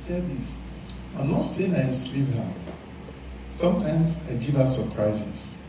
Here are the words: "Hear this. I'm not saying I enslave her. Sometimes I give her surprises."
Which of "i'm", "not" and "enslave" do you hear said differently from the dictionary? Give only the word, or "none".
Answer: enslave